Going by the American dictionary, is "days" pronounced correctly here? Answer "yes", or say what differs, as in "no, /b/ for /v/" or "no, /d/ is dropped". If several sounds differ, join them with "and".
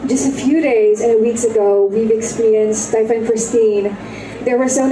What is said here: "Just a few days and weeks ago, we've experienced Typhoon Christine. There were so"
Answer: yes